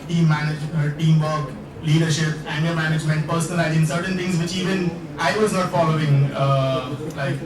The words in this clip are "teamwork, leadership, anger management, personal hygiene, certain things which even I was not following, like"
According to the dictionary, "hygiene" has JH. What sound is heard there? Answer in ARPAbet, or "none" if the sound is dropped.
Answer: Z